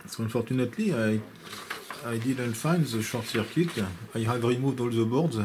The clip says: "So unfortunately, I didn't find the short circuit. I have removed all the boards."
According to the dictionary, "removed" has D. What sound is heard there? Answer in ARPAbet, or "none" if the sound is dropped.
D